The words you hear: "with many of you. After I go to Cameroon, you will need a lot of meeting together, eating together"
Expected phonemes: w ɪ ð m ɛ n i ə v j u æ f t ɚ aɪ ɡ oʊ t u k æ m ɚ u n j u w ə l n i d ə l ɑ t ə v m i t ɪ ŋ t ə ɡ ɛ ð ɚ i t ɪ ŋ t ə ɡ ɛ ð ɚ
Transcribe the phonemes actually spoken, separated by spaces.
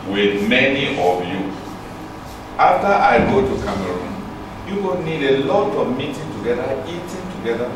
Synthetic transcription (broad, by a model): w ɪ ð m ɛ n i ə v j u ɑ f t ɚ aɪ ɡ oʊ t u k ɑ m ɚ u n j u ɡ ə n n i d ə l ɑ t ə v m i t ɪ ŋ t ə ɡ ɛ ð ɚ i t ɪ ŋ t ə ɡ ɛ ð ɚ